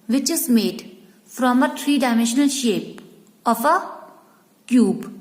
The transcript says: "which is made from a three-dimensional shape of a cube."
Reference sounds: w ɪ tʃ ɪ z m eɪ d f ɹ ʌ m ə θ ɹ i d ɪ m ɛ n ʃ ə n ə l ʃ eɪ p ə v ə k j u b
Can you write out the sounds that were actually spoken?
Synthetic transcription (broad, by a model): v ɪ tʃ ɪ z m eɪ d f ɹ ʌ m ə t ɹ i d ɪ m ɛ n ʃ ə n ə l ʃ eɪ p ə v ə k j u b